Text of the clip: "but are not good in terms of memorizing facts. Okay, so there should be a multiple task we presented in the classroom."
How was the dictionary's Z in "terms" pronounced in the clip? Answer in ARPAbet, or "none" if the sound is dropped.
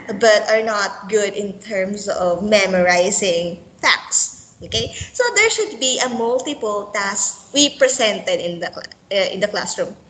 S